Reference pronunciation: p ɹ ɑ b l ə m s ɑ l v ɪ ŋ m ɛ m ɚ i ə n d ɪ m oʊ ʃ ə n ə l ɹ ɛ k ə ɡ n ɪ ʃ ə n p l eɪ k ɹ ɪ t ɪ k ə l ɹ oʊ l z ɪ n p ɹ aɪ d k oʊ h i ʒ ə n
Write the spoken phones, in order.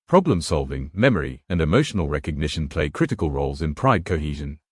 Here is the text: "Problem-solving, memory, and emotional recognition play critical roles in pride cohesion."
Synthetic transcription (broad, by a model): p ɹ ɑ b l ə m s ɑ l v ɪ ŋ m ɛ m ɚ i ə n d ɪ m oʊ ʃ ə n ə l ɹ ɛ k ə ɡ n ɪ ʃ ə n p l eɪ k ɹ ɪ t ɪ k ə l ɹ oʊ l z ɪ n p ɹ aɪ d k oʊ h i ʒ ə n